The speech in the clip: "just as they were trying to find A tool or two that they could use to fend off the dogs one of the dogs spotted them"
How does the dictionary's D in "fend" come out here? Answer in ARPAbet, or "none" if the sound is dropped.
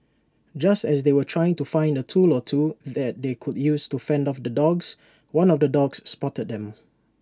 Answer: D